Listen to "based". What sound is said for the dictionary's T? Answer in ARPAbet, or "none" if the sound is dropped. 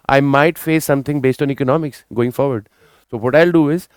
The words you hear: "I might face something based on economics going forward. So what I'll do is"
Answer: T